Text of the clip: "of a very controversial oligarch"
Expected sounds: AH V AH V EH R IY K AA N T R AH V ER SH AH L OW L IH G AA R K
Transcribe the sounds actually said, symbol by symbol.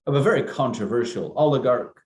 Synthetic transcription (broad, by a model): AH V AH V EH R IY K AA N T R AH V ER SH AH L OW L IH G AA R K